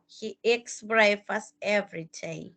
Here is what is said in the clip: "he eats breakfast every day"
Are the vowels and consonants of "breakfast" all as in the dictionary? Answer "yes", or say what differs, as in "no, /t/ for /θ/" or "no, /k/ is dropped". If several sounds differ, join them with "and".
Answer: no, /k/ is dropped and /t/ is dropped